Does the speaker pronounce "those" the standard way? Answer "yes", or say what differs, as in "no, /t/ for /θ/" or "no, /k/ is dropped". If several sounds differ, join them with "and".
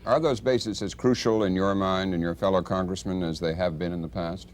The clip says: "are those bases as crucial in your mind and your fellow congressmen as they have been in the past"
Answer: yes